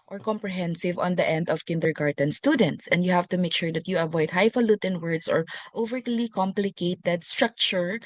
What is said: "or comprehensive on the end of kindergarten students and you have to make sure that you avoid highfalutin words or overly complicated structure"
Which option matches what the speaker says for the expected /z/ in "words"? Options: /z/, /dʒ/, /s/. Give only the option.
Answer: /s/